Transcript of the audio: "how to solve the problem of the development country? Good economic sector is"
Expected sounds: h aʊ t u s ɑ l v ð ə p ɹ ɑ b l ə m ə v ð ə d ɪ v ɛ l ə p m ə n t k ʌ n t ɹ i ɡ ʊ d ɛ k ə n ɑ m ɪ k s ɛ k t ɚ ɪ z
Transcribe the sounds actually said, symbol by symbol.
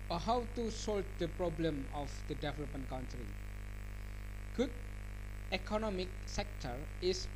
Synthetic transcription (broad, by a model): h aʊ t u s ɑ l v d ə p ɹ ɑ b l ə m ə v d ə d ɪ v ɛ l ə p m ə n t k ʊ n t ɹ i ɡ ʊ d ɛ k ə n ɑ m ɪ k s ɛ k t ɚ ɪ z